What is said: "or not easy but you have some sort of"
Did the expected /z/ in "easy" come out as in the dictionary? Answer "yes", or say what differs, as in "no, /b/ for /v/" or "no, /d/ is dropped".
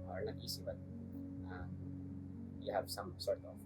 no, /s/ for /z/